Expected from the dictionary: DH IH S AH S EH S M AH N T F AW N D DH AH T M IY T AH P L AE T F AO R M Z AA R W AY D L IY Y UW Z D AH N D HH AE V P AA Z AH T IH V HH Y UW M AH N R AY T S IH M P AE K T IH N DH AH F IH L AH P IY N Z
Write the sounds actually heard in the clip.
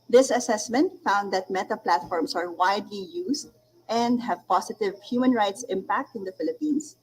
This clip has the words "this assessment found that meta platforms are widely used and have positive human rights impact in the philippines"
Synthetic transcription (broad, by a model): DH IH S AH S EH S M AH N T F AW N D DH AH T M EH T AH P L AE T F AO R M S AA R W AY D L IY Y UW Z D AH N D HH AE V P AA S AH T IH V HH Y UW M AH N R AY T S IH M P AE K T IH N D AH F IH L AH P IY N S